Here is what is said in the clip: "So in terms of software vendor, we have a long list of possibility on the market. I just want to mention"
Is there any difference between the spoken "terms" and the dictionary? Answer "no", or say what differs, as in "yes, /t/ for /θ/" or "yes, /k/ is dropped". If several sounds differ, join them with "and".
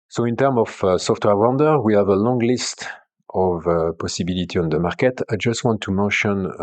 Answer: yes, /z/ is dropped